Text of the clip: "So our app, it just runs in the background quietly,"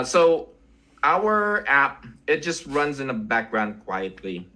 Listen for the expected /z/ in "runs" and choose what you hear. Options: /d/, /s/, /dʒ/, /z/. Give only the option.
/z/